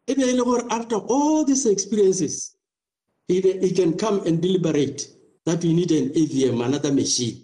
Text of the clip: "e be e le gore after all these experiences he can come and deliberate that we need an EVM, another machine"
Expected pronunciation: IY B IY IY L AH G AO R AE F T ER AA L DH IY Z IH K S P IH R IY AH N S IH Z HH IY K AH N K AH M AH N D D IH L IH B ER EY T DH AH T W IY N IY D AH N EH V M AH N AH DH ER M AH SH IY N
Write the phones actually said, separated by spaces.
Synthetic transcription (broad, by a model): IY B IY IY L AH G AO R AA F T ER AA L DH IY S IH K S P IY R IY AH N S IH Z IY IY K AH N K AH M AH N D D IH L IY B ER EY T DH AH T W IY N IY D AH N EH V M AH N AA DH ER M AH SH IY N